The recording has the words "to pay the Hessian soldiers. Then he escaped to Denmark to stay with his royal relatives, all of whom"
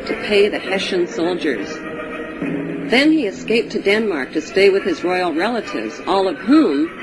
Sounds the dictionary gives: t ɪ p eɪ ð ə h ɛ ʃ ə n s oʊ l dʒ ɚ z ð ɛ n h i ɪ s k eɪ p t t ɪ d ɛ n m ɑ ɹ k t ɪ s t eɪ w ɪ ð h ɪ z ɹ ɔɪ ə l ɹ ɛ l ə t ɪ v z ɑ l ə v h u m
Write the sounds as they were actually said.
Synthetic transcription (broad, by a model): t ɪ p eɪ ð ə h ɛ ʃ ə n s oʊ l dʒ ɚ z ð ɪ n i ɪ s k eɪ p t t ɪ d ɛ n m ɑ ɹ k t ɪ s t eɪ w ɪ ð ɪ z ɹ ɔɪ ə l ɹ ɛ l ə t ɪ v z ɑ l ə v h u m